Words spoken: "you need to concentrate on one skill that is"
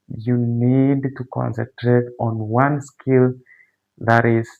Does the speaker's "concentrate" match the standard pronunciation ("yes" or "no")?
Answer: yes